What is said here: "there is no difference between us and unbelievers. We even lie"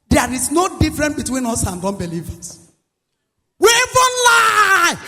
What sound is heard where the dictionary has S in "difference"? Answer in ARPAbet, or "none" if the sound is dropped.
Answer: none